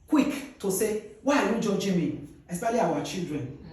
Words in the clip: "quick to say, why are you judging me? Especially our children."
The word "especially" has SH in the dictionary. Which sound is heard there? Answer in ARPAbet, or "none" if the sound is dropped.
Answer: none